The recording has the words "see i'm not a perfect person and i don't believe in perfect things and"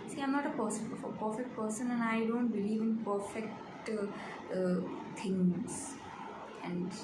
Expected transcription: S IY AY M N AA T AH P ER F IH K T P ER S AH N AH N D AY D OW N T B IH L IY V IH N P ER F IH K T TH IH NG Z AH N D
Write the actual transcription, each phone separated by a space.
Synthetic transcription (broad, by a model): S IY AY M N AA T AH P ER F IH K T P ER S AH N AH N AY D OW N T B IH L IY V IH N P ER F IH K T T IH NG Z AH N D